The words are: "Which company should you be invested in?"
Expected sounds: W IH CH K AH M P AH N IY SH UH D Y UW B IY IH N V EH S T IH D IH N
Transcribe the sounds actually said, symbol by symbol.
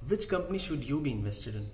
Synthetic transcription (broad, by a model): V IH CH K AH M P AH N IY SH UH D Y UW B IY IH N V EH S T IH D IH N